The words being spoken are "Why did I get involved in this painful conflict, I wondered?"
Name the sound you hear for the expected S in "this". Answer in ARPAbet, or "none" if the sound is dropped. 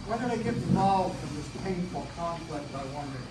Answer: S